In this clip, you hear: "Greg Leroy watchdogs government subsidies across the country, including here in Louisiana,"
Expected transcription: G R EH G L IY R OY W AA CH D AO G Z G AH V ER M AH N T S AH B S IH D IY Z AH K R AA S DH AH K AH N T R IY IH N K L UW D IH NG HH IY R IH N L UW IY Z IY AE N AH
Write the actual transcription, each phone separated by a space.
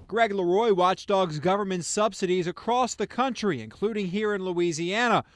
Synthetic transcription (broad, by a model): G R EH G L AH R OY W AA CH D AO G Z G AH V ER M AH N T S AH B S IH D IY Z AH K R AA S DH AH K AH N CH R IY IH N K L UW D IH NG HH IY R IH N L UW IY Z IY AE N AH